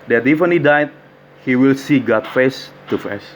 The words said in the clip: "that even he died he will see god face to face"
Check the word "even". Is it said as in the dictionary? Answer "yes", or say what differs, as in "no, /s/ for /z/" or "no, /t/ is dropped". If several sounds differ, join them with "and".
no, /f/ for /v/